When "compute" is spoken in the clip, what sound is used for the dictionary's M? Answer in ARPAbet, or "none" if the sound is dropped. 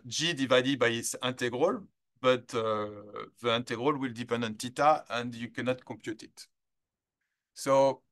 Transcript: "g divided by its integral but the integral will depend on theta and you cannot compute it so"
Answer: M